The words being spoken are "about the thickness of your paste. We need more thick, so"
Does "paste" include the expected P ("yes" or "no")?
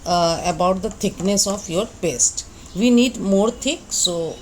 no